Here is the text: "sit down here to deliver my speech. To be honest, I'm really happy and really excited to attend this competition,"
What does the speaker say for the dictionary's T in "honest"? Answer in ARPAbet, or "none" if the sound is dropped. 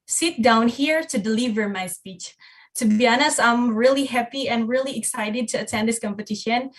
none